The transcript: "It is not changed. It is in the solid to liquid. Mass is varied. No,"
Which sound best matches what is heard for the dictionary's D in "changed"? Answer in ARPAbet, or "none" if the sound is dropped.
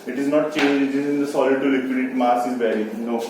none